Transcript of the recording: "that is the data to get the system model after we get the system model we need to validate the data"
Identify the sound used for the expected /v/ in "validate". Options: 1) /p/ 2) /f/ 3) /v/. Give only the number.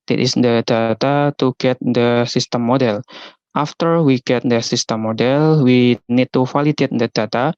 2